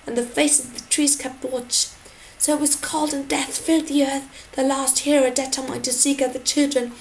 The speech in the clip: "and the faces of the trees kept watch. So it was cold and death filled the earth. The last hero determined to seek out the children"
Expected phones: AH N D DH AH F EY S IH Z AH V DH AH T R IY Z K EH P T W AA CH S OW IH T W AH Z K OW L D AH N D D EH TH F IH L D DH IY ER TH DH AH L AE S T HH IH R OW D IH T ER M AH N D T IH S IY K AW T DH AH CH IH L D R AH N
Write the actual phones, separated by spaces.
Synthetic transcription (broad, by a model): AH N DH AH F EY IH S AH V DH AH T R IY Z K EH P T W AA CH S OW IH T W AH Z K OW L D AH N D D EH TH F IH L D DH IY ER TH DH AH L AE S T HH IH R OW D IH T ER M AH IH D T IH S IY K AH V DH AH CH IH L D R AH N